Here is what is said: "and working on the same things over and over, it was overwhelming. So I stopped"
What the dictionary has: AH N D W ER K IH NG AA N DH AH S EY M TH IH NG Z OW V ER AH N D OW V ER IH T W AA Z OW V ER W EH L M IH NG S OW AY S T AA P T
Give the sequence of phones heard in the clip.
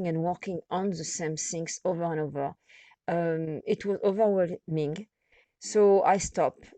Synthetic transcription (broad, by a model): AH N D W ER K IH NG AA N DH AH S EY M S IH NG S OW V ER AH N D OW V ER IH T W AA Z OW V ER W EH L M IH NG S OW AY S T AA P